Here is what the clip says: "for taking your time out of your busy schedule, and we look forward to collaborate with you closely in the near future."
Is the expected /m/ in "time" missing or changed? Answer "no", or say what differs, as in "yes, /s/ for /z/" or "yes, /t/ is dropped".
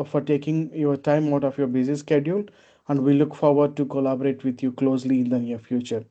no